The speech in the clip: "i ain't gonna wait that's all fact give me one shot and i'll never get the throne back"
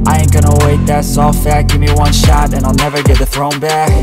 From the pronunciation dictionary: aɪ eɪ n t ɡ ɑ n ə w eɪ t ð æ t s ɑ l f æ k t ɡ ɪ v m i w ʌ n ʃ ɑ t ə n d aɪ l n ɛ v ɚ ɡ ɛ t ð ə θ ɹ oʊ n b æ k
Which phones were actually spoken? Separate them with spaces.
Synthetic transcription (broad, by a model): aɪ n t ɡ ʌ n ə w eɪ t ð æ t s ɑ l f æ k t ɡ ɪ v m i w ʌ n ʃ ɑ t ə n aɪ l n ɛ v ɚ ɡ ɛ t ð ə θ ɹ oʊ n b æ k